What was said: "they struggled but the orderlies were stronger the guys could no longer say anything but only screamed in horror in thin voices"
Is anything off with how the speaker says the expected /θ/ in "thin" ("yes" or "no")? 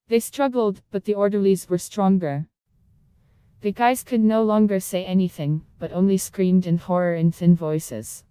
no